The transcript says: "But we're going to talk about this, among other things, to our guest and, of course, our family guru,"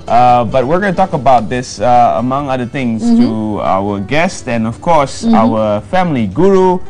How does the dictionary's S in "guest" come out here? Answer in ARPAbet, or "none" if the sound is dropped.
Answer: S